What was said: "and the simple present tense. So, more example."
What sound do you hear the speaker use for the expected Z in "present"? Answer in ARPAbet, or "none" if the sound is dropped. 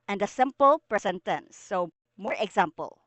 S